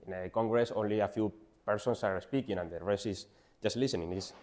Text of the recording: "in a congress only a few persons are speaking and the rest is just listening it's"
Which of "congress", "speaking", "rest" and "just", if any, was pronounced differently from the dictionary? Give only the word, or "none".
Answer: rest